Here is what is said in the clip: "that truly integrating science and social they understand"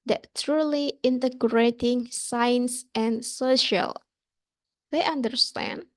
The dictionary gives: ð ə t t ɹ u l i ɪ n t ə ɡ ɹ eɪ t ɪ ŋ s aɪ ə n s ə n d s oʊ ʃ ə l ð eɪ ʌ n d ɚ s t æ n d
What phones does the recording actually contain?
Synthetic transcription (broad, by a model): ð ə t t ɹ u l i ɪ n t ə ɡ ɹ eɪ t ɪ ŋ s aɪ n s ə n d s oʊ ʃ ə l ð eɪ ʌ n d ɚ s t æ n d